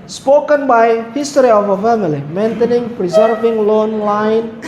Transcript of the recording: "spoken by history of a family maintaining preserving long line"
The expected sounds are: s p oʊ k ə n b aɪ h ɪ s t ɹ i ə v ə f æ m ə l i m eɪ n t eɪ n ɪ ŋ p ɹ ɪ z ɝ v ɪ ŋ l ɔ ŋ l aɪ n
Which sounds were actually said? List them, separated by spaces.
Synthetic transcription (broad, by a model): s p oʊ k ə n b aɪ h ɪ s t ɹ i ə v ə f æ m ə l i m eɪ n t eɪ n ɪ ŋ p ɹ ɪ z ɝ v ɪ ŋ l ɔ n l aɪ n